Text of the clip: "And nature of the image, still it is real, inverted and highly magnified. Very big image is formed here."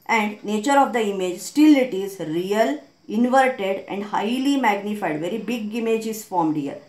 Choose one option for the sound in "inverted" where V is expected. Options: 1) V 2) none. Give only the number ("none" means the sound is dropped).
1